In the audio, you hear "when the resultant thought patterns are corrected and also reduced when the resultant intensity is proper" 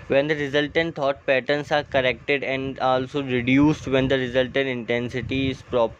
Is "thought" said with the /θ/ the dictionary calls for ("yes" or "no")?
no